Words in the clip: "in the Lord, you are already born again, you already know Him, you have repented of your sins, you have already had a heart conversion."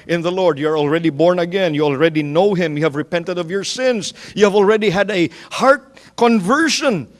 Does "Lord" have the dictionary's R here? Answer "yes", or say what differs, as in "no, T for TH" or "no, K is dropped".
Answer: yes